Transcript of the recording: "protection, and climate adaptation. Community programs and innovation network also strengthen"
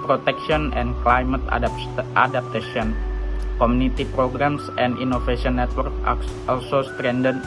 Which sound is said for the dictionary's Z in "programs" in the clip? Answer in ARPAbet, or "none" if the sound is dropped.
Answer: S